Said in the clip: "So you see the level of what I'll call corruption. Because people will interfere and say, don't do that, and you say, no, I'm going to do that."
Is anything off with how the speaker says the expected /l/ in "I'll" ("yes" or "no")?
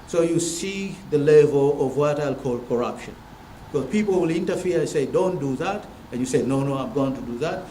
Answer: no